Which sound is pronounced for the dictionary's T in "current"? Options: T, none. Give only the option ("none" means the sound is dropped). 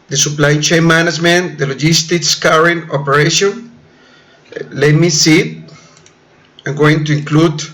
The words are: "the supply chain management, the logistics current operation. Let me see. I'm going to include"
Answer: none